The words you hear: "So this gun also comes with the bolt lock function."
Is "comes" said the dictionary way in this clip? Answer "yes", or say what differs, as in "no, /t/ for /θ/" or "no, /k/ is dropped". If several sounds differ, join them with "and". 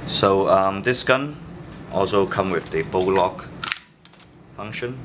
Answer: no, /z/ is dropped